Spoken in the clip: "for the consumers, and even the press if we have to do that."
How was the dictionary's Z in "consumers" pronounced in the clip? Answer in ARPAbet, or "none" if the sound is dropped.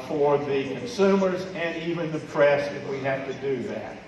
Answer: Z